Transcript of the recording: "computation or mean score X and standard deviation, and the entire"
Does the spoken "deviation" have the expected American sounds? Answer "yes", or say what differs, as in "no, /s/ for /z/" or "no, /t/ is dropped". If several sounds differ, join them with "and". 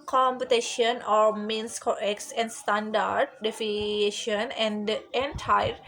no, /f/ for /v/